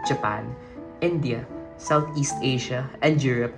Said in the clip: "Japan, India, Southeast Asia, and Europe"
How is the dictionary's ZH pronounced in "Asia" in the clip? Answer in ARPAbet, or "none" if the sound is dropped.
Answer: SH